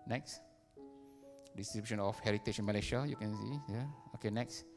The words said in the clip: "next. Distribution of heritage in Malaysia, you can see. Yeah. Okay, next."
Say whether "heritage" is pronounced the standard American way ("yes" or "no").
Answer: no